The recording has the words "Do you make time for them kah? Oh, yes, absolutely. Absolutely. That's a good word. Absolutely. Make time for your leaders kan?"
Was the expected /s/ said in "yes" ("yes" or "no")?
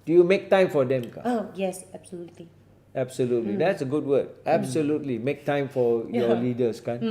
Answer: yes